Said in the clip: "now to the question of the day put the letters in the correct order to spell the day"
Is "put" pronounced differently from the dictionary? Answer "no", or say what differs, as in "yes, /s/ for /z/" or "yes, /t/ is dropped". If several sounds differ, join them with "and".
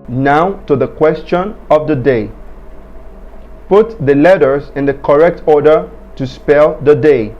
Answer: no